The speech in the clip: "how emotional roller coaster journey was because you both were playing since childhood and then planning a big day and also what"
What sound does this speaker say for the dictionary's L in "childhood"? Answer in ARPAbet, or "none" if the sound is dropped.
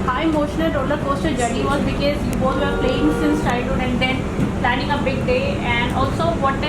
none